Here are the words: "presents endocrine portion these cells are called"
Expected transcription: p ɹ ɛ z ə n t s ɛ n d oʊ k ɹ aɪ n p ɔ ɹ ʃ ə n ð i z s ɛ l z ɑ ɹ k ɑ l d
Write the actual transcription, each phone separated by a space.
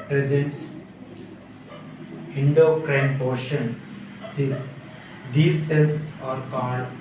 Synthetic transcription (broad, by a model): p ɹ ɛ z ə n t s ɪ n d oʊ k ɹ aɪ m p ɔ ɹ ʃ ə n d i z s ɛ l s ɑ ɹ k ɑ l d